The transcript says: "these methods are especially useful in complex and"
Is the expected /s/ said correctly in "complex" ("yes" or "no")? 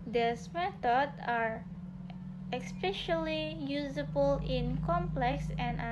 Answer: yes